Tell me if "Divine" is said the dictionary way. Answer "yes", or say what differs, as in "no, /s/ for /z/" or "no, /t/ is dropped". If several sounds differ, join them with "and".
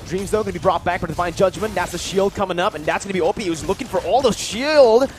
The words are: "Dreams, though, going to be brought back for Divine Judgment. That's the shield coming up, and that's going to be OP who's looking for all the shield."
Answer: no, /f/ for /v/